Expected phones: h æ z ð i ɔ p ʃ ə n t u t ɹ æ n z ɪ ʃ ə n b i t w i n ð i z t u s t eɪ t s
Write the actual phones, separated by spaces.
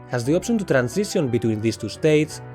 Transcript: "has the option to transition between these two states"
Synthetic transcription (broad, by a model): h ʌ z ð i ɔ p s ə n t u t ɹ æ n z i s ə n b i t w i n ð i s t u s t eɪ t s